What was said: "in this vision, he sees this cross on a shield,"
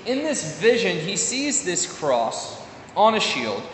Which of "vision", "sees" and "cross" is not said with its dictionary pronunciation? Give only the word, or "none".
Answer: none